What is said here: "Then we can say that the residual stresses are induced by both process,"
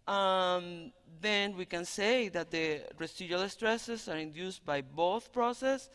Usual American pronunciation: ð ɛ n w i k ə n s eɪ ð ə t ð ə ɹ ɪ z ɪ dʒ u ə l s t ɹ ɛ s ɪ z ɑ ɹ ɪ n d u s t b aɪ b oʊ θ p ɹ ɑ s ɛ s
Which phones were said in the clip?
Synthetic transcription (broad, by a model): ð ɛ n w i k ə n s eɪ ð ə t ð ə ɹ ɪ s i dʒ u l s t ɹ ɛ s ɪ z ɑ ɹ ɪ n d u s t b aɪ b oʊ θ p ɹ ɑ s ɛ s